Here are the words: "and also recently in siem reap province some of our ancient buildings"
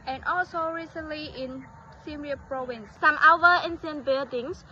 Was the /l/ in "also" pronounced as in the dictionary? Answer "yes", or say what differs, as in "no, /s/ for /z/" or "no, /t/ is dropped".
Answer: yes